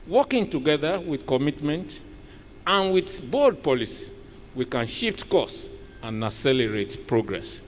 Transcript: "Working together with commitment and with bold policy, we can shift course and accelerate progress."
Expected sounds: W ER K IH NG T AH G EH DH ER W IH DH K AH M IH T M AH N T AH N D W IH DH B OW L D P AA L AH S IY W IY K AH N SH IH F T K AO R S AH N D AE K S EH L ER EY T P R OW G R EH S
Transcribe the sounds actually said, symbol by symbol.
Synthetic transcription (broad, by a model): W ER K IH NG T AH G EH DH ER W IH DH K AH M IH T M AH N T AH N W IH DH B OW D P AA L AH S IY W IY K AH N SH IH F T K AO S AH N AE S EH L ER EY T P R OW G R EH S